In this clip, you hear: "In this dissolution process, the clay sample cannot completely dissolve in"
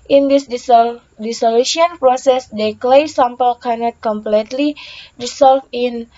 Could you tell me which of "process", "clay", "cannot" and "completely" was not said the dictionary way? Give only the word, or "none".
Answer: none